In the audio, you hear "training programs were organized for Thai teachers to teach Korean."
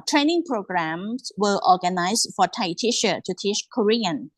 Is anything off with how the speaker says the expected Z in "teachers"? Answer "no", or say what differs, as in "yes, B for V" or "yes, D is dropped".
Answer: yes, Z is dropped